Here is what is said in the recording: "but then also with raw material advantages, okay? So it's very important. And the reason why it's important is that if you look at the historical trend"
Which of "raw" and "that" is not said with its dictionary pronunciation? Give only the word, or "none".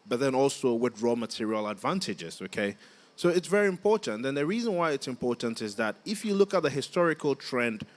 none